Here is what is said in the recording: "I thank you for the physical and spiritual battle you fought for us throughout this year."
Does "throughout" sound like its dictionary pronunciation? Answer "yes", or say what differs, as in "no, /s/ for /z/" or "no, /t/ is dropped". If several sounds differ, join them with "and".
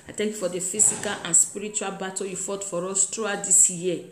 no, /t/ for /θ/